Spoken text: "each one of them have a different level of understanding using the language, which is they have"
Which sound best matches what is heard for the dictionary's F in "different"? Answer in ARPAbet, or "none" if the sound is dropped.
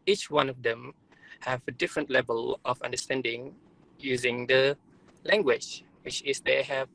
F